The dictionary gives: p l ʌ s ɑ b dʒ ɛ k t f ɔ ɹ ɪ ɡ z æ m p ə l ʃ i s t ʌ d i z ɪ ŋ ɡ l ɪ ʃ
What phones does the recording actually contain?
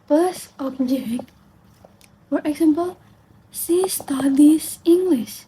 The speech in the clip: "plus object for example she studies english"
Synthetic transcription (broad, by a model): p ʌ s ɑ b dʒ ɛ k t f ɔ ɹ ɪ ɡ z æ m p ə l s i s t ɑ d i s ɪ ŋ ɡ l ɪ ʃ